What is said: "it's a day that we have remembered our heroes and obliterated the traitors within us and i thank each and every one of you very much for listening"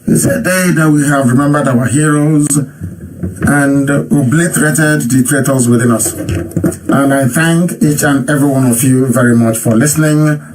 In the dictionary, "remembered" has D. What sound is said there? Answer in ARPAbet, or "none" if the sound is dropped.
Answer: D